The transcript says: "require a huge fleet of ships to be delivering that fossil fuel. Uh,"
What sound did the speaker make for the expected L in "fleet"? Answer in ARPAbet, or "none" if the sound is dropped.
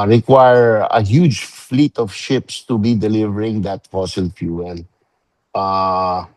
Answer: L